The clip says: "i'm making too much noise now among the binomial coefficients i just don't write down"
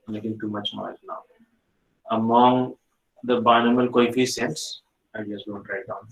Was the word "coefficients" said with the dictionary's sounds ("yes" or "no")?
no